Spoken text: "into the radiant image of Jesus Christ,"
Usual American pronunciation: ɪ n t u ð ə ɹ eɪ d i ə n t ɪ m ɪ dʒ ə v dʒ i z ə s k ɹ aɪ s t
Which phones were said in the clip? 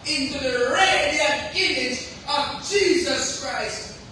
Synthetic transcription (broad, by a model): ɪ n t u ð ə ɹ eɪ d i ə ɪ m ɪ dʒ ə v dʒ i z ə s k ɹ aɪ s t